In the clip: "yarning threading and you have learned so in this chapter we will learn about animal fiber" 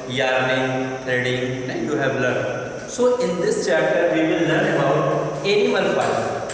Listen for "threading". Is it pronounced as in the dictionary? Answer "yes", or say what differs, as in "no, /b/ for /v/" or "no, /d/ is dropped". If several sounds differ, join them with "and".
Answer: no, /t/ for /θ/